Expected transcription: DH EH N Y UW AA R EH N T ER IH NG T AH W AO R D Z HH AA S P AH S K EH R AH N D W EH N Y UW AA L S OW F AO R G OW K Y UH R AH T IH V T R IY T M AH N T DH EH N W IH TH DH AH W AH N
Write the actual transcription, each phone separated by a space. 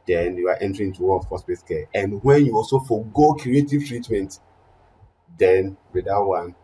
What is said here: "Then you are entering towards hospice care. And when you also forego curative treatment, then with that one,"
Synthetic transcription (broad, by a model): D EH N Y UW AA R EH N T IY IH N T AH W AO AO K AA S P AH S K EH AH N D W EH N Y UW AA L S OW F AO G OW K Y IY AH T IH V T R IY T M AH N T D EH N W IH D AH W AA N